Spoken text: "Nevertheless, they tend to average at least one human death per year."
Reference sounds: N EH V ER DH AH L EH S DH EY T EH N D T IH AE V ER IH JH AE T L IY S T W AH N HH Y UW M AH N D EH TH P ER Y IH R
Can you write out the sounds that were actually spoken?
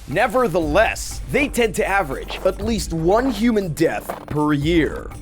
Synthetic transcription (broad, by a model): N EH V ER DH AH L EH S DH EY T EH N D T IH AE V ER IH JH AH T L IY S T W AH N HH Y UW M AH N D EH TH P ER Y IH R